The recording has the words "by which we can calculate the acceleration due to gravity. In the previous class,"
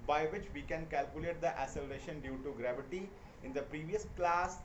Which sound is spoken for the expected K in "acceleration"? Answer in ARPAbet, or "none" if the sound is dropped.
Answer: none